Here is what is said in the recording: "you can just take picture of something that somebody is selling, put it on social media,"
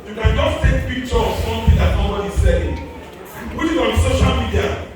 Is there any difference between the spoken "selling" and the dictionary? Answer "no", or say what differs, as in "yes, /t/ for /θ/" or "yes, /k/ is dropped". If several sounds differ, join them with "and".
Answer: yes, /l/ is dropped